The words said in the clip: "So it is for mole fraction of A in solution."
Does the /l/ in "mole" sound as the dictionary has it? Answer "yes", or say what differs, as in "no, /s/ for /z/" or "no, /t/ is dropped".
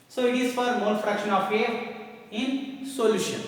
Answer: no, /n/ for /l/